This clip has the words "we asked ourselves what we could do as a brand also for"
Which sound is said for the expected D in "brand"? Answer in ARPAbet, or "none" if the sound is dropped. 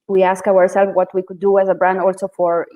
D